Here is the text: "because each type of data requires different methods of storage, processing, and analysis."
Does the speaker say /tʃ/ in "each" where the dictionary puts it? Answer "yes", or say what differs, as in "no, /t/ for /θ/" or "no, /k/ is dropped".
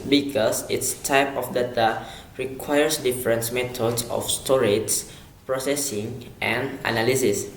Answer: no, /s/ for /tʃ/